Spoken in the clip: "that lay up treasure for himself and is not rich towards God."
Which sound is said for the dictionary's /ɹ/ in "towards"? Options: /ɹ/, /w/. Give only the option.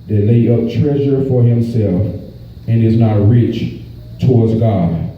/ɹ/